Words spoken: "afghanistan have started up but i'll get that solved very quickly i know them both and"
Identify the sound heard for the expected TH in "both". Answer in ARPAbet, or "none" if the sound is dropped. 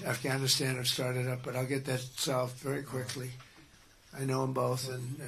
TH